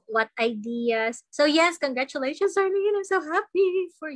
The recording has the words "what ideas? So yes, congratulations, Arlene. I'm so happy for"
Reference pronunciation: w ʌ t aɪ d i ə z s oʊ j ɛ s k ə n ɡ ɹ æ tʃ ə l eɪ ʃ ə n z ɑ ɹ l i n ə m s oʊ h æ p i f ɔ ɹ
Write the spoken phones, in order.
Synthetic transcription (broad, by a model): w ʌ t aɪ d i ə s oʊ j ɛ s k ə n ɡ ɹ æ tʃ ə l eɪ ʃ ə n s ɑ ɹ n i ə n s oʊ h æ p i f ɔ ɹ